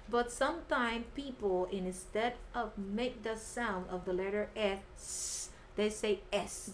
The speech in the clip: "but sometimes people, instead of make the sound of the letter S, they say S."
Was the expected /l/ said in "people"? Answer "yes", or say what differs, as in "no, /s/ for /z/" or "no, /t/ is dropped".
no, /n/ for /l/